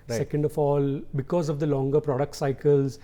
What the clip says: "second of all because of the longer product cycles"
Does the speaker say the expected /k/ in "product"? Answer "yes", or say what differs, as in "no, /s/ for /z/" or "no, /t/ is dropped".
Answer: yes